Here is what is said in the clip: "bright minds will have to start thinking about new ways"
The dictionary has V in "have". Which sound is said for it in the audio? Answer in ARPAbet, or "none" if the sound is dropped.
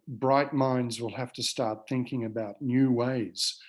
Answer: F